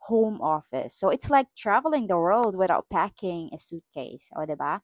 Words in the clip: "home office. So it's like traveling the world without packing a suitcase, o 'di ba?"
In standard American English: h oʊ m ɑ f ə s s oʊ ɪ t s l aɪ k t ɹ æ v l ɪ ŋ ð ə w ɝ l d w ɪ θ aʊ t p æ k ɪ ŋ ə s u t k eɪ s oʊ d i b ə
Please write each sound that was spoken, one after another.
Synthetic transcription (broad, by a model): h oʊ m ɑ f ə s s oʊ ɪ t s l aɪ k t ɹ æ v l ɪ ŋ ð ə w ɝ l d w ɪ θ aʊ t p æ k ɪ ŋ ə s u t k eɪ s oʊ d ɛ b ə